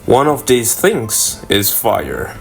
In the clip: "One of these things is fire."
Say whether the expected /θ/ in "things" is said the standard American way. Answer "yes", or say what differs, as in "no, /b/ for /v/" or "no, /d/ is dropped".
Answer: yes